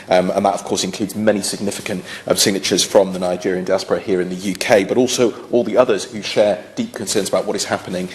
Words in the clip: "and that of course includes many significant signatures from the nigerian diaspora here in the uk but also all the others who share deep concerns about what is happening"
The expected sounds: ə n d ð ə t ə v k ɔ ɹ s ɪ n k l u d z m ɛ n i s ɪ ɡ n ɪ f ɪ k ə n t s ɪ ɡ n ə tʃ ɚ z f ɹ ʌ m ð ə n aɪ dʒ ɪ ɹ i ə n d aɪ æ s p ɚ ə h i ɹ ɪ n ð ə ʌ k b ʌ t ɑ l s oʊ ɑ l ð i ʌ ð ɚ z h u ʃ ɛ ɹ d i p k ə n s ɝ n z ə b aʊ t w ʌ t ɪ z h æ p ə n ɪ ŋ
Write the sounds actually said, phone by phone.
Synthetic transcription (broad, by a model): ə n ð ə t ə v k ɔ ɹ s ɪ n k l u d z m ɛ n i s ɪ ɡ n ɪ f ɪ k ə n t s ɪ ɡ n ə tʃ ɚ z f ɹ ʌ m ð ə n aɪ dʒ ɪ ɹ i ə n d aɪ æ s p ɚ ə h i ɹ ɪ n ð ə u k b ʌ t ɑ l s oʊ ɑ l ð i ʌ ð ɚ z h u ʃ ɛ d i p k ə n s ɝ n z ə b aʊ t w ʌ t ɪ z h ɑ p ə n ɪ ŋ